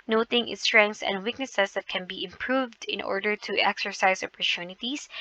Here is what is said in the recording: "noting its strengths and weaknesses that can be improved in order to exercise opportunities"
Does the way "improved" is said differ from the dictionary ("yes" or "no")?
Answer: no